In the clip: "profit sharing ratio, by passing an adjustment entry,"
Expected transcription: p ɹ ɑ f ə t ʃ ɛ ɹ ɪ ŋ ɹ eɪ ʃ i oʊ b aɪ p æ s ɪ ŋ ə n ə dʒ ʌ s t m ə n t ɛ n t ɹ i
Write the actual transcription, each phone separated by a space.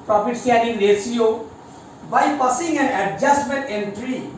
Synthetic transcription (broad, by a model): p ɹ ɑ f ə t s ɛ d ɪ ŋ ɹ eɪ s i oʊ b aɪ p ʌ s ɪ ŋ ə n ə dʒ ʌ s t m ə n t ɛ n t ɹ i